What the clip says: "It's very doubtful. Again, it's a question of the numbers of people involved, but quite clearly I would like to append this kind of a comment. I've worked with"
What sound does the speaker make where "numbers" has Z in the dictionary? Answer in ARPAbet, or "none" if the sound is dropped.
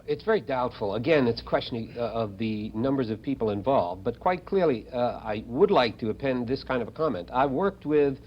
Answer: Z